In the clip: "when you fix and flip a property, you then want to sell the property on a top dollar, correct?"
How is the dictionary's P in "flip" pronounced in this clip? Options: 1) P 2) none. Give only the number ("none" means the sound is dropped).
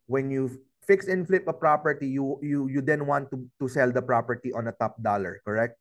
1